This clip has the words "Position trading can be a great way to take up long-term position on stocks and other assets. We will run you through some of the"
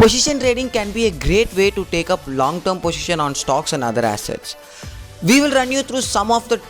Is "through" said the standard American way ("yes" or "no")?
no